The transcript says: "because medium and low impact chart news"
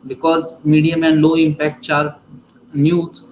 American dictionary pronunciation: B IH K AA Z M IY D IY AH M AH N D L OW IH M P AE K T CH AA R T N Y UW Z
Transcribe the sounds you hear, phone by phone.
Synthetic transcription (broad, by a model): B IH K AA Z M IY D IY AH M AH N D L OW IH M P AE K T S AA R T N Y UW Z